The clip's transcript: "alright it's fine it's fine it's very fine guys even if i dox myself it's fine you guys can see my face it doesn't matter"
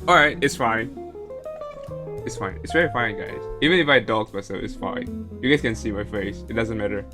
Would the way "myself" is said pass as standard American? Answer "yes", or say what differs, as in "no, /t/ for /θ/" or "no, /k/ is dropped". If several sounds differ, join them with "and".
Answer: no, /f/ is dropped